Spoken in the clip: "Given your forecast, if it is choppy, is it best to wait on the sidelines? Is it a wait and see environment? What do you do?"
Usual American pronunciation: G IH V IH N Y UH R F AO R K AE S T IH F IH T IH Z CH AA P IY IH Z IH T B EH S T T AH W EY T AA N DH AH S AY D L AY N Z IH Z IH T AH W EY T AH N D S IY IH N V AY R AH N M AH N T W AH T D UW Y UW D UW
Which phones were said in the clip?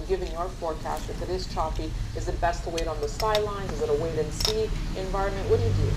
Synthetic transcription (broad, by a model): G IH V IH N Y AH R F AO R K AE S T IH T IH T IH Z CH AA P IY IH Z IH T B EH S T T AH W EY T N DH AH S AY D L AY N Z IH Z IH T AH W EY T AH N S IY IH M V AY R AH N M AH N T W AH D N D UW